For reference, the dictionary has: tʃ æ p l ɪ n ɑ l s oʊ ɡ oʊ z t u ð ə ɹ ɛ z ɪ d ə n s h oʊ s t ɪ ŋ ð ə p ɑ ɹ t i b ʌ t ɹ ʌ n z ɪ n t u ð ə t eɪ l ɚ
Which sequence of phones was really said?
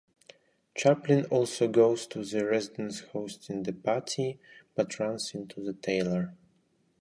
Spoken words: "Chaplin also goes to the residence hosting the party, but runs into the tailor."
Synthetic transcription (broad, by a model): tʃ æ p l ɪ n ɑ l s oʊ ɡ oʊ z t u ð ə ɹ ɛ z ɪ d ə n s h oʊ s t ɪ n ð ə p ɑ ɹ t i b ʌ t ɹ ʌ n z ɪ n t u ð ə t eɪ l ɚ